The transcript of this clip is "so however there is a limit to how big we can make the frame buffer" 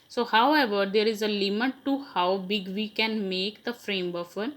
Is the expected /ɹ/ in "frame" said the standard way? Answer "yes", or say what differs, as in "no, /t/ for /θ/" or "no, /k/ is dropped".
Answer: yes